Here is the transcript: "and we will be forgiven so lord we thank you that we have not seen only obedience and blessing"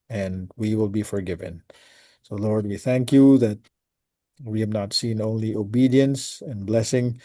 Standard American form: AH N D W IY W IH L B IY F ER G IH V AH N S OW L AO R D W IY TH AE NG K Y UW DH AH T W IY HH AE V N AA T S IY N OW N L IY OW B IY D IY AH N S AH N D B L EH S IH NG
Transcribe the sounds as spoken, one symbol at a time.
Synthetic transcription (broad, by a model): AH N W IY W IH L B IY F ER G IH V AH N S OW L AO R D W IY TH AE NG K Y UW DH AH T W IY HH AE V N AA T S IY N OW N L IY OW B IY D IY AH N S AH N B L EH S IH NG